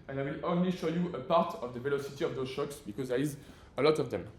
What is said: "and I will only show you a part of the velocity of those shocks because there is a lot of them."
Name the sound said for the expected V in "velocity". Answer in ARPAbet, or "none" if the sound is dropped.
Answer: V